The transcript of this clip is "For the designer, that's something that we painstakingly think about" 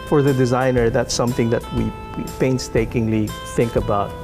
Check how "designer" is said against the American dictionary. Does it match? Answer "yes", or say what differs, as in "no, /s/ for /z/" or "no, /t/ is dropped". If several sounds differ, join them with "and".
yes